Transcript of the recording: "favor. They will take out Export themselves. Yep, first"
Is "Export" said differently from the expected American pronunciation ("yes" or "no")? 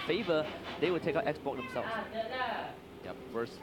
yes